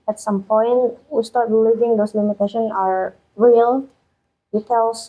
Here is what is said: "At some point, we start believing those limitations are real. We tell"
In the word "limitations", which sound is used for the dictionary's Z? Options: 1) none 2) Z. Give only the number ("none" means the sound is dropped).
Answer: 1